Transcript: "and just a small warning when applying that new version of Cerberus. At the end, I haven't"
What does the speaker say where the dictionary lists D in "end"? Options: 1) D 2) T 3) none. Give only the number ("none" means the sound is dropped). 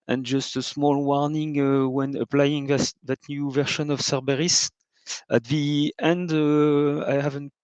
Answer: 1